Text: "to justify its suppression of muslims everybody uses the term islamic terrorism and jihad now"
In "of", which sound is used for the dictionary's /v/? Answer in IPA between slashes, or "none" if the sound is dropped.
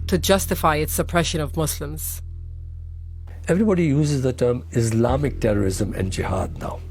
/v/